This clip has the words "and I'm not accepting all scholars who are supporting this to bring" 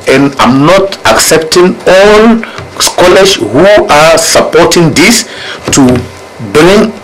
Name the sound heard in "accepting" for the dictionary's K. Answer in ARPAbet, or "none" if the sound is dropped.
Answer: K